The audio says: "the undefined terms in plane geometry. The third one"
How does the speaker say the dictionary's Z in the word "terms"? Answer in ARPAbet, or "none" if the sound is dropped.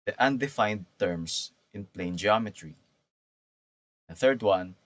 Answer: S